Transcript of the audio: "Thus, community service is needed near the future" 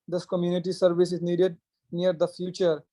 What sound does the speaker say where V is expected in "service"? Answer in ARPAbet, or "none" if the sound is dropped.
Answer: V